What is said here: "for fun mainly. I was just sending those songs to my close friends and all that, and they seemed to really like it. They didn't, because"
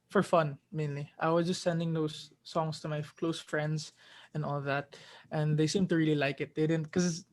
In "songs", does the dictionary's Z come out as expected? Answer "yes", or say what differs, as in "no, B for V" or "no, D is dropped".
no, S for Z